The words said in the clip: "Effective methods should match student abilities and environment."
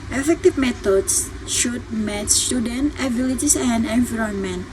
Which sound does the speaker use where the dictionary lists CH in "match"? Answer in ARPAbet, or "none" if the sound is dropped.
S